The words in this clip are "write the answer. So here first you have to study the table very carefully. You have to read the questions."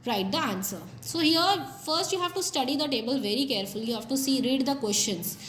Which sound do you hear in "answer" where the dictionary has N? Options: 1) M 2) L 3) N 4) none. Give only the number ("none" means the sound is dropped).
3